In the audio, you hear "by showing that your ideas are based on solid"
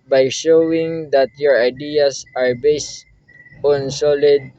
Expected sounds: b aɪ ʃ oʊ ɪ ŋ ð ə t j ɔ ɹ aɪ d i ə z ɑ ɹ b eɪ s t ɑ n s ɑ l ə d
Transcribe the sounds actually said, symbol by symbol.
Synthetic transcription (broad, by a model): b aɪ ʃ oʊ ɪ ŋ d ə t j ɔ ɹ aɪ d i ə s ɑ ɹ b eɪ s t ɑ n s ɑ l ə d